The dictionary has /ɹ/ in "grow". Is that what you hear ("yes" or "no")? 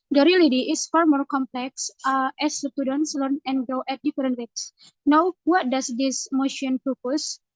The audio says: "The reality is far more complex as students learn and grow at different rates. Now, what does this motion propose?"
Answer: no